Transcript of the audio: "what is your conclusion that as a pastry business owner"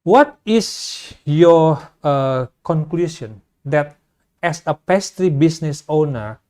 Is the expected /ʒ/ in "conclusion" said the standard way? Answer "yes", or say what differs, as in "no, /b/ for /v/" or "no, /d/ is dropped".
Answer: no, /s/ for /ʒ/